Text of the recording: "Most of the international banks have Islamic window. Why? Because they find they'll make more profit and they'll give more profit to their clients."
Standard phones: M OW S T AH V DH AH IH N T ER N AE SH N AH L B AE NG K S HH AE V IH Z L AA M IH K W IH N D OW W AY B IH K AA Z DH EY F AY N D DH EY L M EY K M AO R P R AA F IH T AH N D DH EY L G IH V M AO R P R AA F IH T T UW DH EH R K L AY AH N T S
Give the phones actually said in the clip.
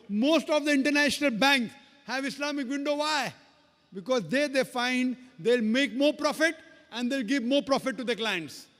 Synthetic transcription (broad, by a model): M OW S T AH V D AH IH N T ER N AE SH N AH L B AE NG K HH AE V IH S L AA M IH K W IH N D OW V AY B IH K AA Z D EY F AY N D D EY L M EY K M AO R P R AA F IH T AH N D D EY L G IH V M AO R P R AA F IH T T UW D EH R K L AY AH N T S